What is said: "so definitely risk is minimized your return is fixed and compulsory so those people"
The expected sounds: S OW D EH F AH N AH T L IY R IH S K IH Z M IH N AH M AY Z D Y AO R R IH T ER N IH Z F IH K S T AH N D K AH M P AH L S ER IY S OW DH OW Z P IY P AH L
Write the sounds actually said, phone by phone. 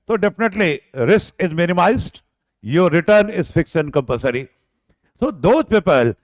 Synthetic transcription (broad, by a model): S OW D EH F AH N AH T L IY R IH S K IH Z M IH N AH M AY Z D Y AO R R IH T ER N IH Z F IH K S T AH N D K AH M P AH S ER IY S OW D OW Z P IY P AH L